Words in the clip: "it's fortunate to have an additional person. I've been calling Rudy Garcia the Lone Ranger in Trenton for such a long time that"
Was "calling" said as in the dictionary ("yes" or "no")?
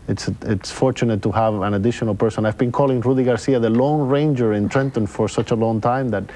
yes